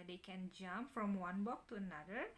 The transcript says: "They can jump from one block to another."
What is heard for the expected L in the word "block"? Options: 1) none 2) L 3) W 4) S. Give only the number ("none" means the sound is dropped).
1